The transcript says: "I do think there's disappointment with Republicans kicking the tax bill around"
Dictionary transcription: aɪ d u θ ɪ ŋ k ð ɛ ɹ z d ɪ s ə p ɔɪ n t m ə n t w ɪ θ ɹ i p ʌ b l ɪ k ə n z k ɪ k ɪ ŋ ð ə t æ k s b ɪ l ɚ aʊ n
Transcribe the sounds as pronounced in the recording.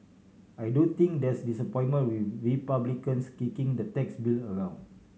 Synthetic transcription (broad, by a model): aɪ d u t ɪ ŋ k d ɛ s d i s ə p ɔɪ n m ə n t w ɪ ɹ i p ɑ b l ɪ k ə n s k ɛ k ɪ ŋ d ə t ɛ k s b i l ɚ aʊ n